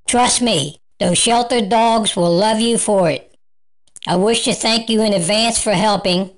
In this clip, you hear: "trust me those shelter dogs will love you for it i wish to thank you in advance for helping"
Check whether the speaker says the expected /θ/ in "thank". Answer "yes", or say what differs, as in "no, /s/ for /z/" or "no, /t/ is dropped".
yes